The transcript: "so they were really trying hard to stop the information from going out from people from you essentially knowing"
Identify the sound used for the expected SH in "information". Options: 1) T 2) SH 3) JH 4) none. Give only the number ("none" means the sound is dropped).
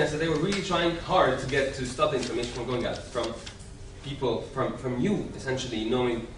4